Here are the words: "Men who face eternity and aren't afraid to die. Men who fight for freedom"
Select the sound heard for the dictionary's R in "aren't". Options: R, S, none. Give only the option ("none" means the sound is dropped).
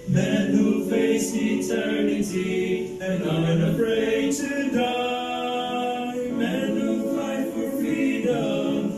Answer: none